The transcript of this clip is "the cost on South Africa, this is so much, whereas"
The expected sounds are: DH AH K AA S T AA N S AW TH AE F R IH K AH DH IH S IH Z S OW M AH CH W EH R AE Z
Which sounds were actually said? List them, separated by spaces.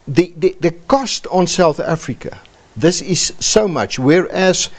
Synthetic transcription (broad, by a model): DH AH K AA S T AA N S AW TH AE F R IH K AH DH IH S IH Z S OW M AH CH W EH R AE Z